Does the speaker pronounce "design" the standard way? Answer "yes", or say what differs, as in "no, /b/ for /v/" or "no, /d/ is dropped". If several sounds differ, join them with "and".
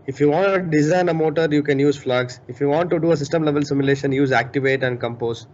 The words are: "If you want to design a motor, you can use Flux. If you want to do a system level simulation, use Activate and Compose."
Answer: yes